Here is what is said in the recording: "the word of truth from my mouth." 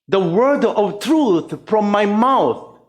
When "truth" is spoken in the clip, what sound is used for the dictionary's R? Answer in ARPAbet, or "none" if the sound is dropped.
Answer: R